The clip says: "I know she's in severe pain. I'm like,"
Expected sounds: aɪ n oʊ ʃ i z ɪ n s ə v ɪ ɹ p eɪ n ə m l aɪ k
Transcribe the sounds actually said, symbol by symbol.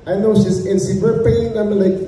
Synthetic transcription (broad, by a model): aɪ n oʊ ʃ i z ɪ n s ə w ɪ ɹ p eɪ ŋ ə m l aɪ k